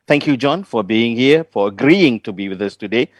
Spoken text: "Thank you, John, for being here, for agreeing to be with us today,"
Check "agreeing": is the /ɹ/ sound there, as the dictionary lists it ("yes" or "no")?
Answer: yes